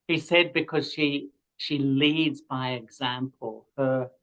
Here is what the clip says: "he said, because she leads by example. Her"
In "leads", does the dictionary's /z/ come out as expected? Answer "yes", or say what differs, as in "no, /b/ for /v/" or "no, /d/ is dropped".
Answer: yes